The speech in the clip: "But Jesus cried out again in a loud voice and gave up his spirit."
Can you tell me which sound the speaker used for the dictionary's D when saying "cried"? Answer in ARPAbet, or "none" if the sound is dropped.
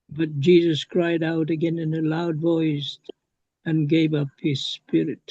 D